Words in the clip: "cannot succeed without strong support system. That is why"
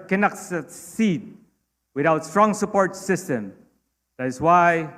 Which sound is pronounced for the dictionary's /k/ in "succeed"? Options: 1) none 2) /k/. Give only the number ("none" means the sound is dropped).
1